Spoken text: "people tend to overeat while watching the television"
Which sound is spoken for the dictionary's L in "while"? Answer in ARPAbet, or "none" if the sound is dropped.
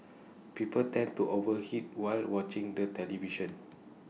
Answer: L